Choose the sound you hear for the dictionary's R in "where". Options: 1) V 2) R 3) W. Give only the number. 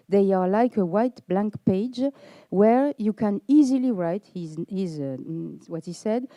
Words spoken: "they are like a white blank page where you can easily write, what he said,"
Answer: 2